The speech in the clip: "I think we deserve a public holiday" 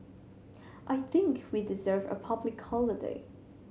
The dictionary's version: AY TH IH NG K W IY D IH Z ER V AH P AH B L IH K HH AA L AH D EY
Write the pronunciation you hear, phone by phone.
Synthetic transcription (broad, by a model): AY TH IH NG K W IY D IH Z ER V AH P AH B L IH K HH AA L AH D EY